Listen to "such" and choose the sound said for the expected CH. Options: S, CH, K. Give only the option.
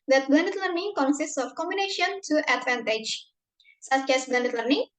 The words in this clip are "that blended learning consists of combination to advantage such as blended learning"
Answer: CH